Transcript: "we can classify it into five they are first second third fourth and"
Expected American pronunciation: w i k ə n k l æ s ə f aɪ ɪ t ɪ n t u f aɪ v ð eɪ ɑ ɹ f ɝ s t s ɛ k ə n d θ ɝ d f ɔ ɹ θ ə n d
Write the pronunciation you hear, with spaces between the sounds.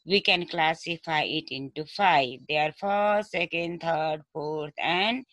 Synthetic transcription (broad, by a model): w i k ə n k l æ s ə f aɪ ɪ t ɪ n t u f aɪ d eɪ ɑ ɹ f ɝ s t s ɛ k ə n d t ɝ d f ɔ ɹ t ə n d